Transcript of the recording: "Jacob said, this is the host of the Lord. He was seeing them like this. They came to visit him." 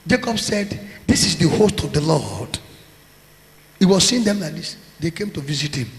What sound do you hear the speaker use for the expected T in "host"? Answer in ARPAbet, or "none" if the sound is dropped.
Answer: T